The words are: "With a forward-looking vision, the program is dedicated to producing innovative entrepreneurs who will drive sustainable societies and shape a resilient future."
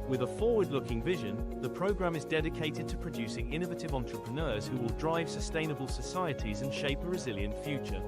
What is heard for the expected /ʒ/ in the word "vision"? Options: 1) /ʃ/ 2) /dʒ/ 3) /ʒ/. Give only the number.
3